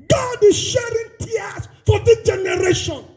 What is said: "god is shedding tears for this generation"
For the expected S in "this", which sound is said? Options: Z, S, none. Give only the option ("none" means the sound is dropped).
none